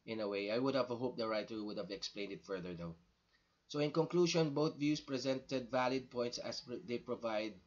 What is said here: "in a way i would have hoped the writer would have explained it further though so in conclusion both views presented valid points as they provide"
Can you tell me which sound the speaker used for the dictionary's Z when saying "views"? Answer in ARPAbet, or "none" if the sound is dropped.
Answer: S